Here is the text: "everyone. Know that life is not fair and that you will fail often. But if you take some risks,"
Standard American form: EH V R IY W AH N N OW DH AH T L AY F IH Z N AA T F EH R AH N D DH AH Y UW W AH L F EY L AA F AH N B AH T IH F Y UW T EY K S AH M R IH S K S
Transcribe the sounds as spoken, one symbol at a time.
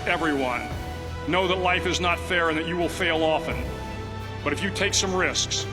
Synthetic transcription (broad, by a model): EH V R IY W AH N N OW DH AH T L AY F IH Z N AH T F EH R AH N DH AH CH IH W AH L F EY L AA F AH N B AH T IH F Y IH T EY K S AH M R IH S K S